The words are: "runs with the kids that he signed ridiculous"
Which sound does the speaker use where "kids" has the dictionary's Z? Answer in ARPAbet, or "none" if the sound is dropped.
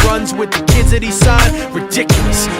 Z